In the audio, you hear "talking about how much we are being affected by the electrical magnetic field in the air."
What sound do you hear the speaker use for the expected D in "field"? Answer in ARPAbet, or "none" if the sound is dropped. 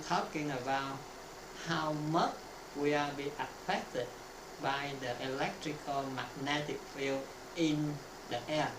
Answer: none